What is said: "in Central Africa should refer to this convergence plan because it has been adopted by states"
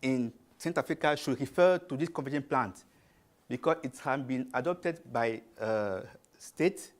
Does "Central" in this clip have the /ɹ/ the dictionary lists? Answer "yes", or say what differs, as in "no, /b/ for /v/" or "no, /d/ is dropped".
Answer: no, /ɹ/ is dropped